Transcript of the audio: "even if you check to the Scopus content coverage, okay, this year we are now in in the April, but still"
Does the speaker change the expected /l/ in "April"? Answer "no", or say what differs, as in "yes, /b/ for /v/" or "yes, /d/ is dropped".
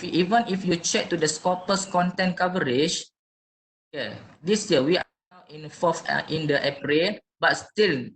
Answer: yes, /n/ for /l/